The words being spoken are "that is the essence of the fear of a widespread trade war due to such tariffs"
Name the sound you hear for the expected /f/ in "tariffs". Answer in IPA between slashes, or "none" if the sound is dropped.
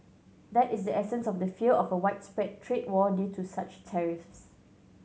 /f/